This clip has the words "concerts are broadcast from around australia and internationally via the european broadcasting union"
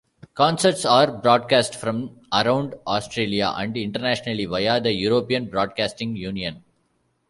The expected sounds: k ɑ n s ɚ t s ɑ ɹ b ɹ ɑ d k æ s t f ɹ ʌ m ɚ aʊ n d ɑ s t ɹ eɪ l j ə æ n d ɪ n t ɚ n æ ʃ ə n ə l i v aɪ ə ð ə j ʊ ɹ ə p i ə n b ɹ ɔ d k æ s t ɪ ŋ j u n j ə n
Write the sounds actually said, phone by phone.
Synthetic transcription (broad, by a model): k ɑ n s ɚ t s ɑ ɹ b ɹ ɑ d k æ s t f ɹ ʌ m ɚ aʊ n d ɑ s t ɹ eɪ l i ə æ n d ɪ n t ɚ n æ ʃ ə n ə l i v aɪ ə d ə j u ɹ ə p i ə n b ɹ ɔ d k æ s t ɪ ŋ j u n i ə n